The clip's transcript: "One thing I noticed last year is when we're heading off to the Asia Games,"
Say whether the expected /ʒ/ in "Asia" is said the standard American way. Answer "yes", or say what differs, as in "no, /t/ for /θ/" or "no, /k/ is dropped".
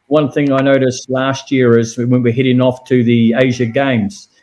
yes